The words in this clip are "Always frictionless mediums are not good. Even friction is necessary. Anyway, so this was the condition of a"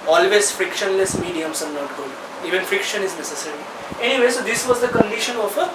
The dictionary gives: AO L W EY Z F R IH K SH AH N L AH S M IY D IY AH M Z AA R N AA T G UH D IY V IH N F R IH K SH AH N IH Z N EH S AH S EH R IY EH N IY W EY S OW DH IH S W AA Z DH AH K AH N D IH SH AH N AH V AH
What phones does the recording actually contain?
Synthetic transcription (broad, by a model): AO L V EY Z F R IH K SH AH N L AH S M IY D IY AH M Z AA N N AA T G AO IY V IH N F R IH K SH AH N IH Z N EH S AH S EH R IY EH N IY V EY S OW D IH S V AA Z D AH K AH N D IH SH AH N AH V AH